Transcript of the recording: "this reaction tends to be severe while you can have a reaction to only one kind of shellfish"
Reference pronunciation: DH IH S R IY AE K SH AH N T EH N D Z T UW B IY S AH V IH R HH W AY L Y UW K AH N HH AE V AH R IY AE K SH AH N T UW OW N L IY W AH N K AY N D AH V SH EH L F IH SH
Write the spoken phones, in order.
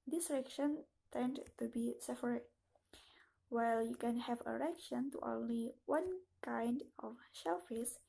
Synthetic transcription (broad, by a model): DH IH S R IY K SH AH N T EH N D T UW B IY S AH P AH R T W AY L Y UW K AH N HH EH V AH R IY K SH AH N T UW OW N L IY W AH N K AY N D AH F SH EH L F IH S